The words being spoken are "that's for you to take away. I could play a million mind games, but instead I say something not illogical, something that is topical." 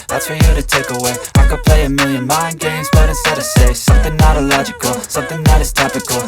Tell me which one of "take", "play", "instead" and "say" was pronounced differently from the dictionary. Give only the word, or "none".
instead